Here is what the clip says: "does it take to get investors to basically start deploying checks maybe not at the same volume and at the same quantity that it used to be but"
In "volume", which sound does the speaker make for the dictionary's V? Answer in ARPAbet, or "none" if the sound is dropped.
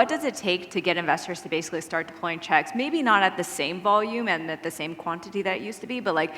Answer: V